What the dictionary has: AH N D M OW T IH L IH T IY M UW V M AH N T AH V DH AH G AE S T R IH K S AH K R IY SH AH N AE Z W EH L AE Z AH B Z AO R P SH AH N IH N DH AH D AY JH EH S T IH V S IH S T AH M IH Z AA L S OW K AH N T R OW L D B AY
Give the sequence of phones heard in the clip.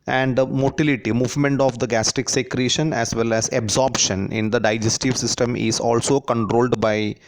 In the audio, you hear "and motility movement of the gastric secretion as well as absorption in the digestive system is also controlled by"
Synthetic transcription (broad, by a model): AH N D M OW T IH L IH T IY M UW V M AH N T AH V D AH G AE S T IH K S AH K R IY SH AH N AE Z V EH L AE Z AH B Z AO R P SH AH N IH N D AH D AY JH EH S T IH V S IH S T AH M IH Z AA L S OW K AH N T R OW L D B AY